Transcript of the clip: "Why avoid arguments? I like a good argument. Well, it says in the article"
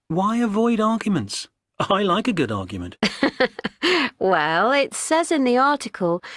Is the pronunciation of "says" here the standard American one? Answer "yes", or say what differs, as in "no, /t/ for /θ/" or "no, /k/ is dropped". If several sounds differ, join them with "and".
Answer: yes